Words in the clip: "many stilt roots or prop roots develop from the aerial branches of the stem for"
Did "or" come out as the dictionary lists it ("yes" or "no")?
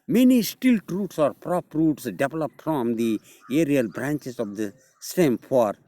yes